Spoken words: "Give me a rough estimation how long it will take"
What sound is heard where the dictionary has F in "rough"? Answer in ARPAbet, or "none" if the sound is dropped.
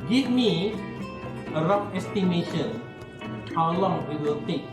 P